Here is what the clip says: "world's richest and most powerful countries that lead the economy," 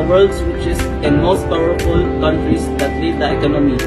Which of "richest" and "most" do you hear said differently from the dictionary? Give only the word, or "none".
richest